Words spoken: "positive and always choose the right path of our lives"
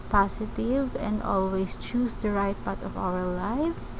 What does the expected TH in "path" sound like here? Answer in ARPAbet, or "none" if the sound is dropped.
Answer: T